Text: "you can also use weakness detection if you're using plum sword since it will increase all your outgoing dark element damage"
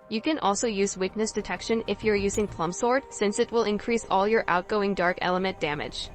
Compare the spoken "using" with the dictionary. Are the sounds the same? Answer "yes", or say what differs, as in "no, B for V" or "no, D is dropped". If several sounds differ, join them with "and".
yes